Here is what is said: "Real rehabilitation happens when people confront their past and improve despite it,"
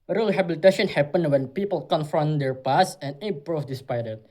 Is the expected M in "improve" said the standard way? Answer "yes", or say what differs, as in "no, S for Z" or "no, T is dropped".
no, M is dropped